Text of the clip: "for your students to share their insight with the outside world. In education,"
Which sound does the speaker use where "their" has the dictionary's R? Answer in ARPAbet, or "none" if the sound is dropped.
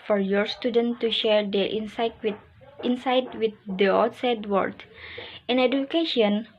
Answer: W